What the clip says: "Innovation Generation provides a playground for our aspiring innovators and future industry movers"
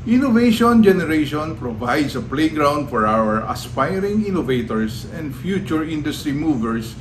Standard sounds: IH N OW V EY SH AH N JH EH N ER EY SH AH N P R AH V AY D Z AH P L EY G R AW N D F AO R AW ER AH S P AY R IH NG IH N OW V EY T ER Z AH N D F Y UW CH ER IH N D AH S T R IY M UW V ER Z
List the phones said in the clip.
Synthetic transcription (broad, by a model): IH N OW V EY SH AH N JH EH N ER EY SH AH N P R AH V AY D S AH P L EY G R AW N D F AO R AW ER AH S P AY R IH NG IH N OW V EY T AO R AH N D F Y UW CH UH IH N D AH S T R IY M UW V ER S